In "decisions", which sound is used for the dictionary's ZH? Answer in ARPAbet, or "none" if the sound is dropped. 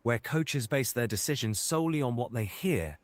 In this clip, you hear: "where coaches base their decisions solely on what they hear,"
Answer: ZH